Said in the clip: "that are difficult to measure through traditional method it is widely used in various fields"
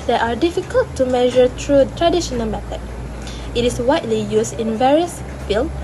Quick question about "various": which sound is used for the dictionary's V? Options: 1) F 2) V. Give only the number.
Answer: 2